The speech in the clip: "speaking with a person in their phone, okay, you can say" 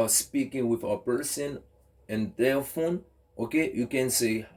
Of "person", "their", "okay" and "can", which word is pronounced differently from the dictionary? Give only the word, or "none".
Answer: their